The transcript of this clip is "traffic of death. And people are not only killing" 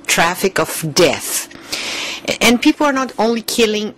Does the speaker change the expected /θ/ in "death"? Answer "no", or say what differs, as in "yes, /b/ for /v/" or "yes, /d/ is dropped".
no